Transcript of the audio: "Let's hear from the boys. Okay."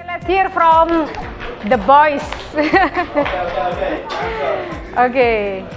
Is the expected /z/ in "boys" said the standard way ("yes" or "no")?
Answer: no